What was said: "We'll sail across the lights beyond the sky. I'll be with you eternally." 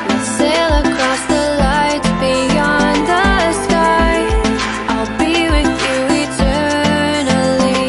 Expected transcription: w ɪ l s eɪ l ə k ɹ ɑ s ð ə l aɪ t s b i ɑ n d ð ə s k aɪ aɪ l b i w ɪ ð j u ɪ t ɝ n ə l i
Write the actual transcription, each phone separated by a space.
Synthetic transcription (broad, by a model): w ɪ s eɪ l ə k ɹ ɑ s ð ə l aɪ t b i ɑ n ð ə s k aɪ aɪ l b i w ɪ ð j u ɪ t ɝ n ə l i